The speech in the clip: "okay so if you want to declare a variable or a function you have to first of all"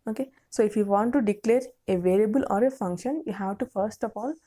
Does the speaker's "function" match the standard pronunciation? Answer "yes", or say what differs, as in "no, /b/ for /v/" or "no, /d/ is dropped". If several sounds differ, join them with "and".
yes